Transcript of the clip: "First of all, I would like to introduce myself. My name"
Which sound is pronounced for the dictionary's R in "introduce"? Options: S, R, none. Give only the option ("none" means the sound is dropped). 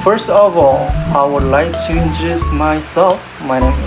none